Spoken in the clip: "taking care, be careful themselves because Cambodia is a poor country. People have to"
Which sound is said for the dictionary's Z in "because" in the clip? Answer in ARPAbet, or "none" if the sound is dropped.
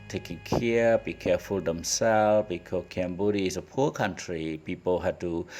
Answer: none